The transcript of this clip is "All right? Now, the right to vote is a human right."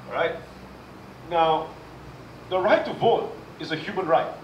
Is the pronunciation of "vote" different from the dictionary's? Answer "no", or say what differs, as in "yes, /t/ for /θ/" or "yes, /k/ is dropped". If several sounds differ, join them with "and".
no